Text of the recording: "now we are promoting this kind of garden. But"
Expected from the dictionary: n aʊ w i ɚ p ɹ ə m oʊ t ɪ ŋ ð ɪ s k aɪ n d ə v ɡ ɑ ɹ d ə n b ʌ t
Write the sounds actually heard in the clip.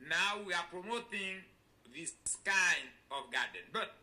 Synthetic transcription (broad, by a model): n aʊ w i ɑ p ɹ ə m oʊ t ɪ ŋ ð ɪ s k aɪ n ə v ɡ ɑ d n b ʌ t